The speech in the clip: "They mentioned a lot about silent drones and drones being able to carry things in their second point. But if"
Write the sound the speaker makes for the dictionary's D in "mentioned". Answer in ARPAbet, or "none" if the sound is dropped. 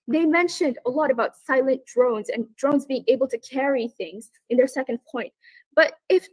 D